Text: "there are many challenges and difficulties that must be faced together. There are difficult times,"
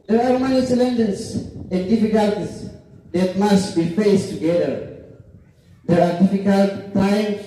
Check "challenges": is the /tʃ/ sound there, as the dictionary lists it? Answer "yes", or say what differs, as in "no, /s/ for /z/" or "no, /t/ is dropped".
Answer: no, /s/ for /tʃ/